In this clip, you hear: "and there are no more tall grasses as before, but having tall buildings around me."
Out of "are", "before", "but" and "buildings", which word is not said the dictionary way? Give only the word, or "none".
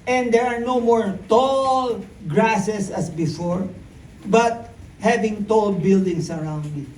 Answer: buildings